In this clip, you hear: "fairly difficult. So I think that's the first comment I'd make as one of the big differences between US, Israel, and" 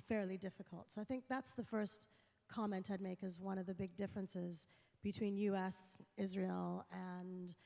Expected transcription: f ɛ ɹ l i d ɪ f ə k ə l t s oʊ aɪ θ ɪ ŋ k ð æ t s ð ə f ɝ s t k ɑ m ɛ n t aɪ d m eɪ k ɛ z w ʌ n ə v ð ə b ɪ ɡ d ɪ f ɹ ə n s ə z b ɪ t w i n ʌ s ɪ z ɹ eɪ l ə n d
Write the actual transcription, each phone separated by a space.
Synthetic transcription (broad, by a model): f ɛ ɹ l i d ɪ f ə k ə l t s oʊ aɪ θ ɪ ŋ k ð æ t s ð ə f ɝ s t k ɑ m ɛ n t aɪ d m eɪ k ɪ z w ʌ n ə v ð ə b ɪ ɡ d ɪ f ɹ ə n s ə z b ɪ t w i n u s ɪ z ɹ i l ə n